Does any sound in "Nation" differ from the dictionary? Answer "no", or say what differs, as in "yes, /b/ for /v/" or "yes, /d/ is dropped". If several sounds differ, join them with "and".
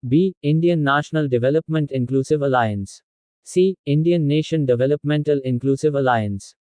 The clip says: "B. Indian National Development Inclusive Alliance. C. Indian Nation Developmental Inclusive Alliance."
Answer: no